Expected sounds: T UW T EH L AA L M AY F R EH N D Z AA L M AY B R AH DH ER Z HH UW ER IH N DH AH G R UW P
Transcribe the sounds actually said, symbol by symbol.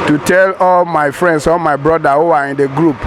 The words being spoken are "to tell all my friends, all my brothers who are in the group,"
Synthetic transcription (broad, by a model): T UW T EH L AA L M AY F R EH N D S AA L M AY B R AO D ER HH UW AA IH N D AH G R UW P